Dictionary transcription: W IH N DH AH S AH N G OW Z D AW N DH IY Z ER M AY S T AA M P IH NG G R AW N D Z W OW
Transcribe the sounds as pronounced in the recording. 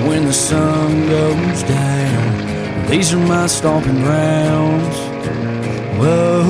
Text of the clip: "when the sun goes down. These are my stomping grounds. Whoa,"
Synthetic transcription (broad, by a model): W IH N DH AH S AH N G OW Z D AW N DH IY Z ER M AY S T AA P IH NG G R AW N D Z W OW